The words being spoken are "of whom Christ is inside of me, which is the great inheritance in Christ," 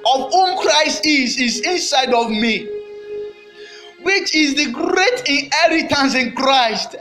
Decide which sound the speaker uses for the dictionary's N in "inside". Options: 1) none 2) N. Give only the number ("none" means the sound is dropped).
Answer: 2